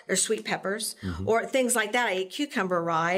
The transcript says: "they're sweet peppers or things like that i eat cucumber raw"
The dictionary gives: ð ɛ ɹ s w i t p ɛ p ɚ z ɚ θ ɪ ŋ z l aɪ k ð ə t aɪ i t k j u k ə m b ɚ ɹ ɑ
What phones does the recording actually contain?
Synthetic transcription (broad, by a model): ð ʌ ɹ s w i t p ɛ p ɚ z ɚ θ ɪ ŋ z l aɪ k ð ə t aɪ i k j u k ə m b ɚ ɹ ɑ